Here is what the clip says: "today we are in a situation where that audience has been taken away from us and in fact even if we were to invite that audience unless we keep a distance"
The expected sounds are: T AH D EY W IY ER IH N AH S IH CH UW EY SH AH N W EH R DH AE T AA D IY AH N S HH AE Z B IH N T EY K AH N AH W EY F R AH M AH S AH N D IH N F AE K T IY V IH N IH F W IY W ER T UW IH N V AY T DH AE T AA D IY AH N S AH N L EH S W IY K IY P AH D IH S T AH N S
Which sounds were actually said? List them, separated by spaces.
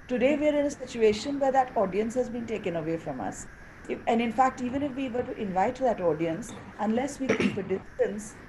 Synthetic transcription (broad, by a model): T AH D EY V IY ER IH N AH S IH CH UW EY SH AH N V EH R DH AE T AA D IY AH N S HH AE Z B IH N T EY K AH N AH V EY F R AH M AH S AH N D IH N F AE K T IY V IH N IH F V IY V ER T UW IH N V AY T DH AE T AA D IY AH N S AH N L EH S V IY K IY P AH D IH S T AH N S